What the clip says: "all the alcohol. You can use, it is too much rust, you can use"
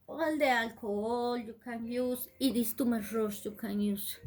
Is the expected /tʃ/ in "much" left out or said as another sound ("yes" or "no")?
yes